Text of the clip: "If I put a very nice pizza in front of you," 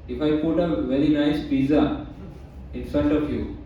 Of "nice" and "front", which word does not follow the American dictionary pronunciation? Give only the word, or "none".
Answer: front